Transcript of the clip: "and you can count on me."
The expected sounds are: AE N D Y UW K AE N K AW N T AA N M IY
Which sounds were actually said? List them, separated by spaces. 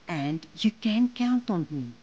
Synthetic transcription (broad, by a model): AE N D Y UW K AE N K AW N T AA N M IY